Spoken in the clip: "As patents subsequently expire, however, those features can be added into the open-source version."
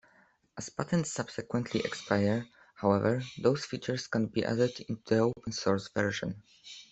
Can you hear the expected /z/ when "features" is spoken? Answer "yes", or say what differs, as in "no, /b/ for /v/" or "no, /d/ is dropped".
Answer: no, /s/ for /z/